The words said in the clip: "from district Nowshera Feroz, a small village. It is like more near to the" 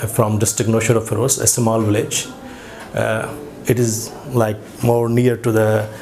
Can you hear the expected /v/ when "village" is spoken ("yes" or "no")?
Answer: yes